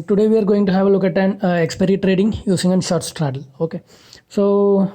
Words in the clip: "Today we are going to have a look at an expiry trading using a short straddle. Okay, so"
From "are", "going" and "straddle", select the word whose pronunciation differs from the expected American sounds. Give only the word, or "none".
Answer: none